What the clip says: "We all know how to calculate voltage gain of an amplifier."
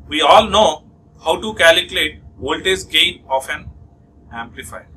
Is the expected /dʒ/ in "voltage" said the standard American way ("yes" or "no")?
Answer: no